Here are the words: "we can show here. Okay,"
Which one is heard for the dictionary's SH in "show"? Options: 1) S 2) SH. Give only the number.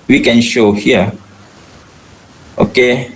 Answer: 2